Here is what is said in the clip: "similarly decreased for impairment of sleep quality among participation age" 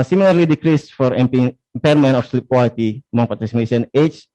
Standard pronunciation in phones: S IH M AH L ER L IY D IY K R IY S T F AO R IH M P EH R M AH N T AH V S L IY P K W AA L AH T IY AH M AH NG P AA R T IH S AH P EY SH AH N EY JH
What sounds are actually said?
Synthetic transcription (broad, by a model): S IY M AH L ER L IY D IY K R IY S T F AO R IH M P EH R M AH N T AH F S L IY P K W AA L AH T IY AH M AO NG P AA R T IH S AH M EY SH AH N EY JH